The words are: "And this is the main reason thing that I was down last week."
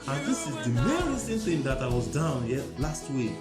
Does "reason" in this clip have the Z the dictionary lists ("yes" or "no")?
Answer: no